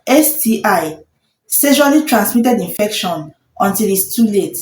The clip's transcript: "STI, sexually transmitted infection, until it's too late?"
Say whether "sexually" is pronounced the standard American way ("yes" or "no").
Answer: no